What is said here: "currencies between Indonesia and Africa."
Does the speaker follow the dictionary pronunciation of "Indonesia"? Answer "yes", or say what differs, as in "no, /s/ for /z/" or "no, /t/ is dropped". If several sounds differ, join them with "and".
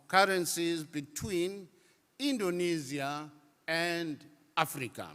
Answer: no, /z/ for /ʒ/